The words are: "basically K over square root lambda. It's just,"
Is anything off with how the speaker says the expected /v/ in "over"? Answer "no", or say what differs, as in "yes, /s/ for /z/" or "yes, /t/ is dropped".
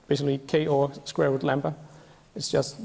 yes, /v/ is dropped